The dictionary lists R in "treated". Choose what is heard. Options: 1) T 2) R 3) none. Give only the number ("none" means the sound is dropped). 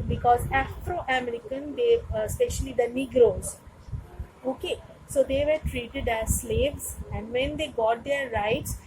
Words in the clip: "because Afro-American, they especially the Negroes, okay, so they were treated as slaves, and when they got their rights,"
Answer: 2